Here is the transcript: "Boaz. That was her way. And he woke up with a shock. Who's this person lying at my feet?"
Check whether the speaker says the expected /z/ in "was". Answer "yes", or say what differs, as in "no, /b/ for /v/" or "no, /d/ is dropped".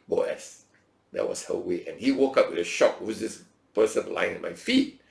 no, /s/ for /z/